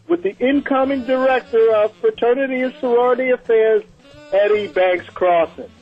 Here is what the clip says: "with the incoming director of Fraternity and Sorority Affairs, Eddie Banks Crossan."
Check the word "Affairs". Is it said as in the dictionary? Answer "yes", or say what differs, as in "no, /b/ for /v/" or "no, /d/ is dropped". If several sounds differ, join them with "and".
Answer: yes